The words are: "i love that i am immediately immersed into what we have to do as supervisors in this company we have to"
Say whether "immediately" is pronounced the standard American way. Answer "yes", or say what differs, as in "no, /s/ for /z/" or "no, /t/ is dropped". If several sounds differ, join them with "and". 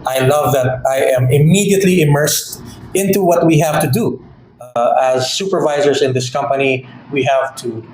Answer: yes